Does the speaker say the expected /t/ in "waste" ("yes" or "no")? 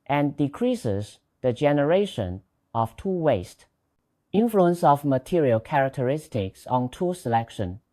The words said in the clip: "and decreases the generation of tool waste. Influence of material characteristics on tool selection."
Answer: yes